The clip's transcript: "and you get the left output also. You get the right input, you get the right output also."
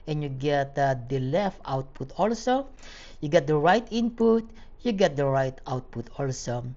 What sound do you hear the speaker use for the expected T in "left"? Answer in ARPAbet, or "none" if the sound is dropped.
T